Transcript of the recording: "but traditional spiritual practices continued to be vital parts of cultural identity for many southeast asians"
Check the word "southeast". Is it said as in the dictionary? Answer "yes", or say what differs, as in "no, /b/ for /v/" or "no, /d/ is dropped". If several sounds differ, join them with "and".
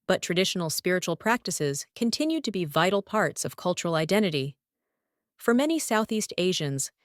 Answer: yes